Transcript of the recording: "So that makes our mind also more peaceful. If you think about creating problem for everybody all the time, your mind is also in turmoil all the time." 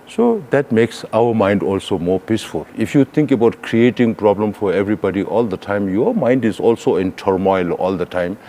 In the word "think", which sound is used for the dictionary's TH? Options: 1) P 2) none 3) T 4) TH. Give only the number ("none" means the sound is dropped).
3